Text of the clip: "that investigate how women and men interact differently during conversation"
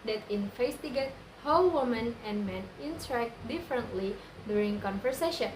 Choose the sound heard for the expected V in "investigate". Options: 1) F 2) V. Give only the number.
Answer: 1